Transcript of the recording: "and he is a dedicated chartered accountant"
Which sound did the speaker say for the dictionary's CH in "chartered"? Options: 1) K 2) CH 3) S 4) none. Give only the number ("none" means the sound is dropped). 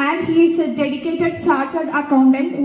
3